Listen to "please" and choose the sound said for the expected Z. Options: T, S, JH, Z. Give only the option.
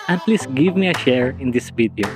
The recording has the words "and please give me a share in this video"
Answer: S